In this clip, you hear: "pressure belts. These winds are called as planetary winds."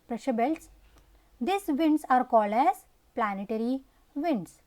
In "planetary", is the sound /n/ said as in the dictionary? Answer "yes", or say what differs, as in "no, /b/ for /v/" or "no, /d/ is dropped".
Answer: yes